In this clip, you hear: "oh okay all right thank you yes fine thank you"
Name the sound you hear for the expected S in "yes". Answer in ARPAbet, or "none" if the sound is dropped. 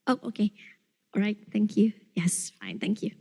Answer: S